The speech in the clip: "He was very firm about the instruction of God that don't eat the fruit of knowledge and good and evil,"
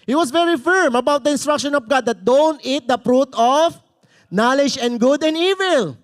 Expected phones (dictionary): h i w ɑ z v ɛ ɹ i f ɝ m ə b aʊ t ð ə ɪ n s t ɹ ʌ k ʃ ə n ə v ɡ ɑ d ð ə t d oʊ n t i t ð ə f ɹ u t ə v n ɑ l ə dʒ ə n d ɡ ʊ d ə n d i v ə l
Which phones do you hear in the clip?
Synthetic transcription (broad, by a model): h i w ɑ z v ɛ ɹ i f ɝ m ə b aʊ t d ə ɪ n s t ɹ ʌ k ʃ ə n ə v ɡ ɑ d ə t d oʊ n t i t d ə p ɹ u t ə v n ɑ l ə dʒ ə n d ɡ ʊ d ə n d i v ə l